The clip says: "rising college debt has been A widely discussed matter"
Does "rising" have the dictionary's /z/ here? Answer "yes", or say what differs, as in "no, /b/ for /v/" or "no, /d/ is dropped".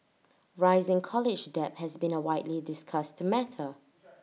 yes